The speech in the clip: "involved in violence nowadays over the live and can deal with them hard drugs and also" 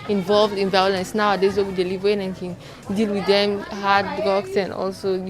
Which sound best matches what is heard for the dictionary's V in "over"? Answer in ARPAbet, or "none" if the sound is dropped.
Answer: W